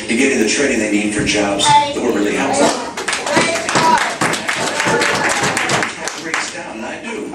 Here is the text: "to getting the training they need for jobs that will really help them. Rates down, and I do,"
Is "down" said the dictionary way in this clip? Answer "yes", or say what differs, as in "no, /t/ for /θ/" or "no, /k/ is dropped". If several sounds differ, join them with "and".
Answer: no, /n/ is dropped